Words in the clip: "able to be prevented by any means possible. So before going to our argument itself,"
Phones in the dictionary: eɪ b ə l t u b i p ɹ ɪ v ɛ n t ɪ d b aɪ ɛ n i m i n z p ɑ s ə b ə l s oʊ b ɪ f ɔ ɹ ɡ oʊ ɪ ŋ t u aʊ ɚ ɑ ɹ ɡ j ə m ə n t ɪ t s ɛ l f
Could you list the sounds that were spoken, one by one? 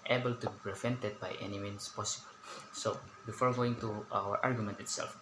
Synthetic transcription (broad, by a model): eɪ b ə l t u b i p ɹ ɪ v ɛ n t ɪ d b aɪ ɛ n i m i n s p ɑ s ə b ə l s oʊ b ɪ f ɔ ɹ ɡ oʊ ɪ ŋ t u aʊ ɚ ɑ ɹ ɡ j ə m ə n t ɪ t s ɛ l f